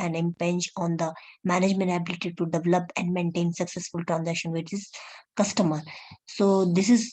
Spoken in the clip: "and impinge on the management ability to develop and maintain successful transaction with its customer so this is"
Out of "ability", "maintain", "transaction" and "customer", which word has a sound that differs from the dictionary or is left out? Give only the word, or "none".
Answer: none